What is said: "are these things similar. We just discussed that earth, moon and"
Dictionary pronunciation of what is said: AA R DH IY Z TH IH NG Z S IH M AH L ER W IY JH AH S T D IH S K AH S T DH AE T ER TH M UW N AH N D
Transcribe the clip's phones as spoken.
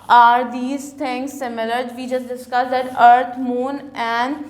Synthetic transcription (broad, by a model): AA R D IY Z T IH NG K S IH M AH L ER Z IY JH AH S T D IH S K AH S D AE T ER T M UW N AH N D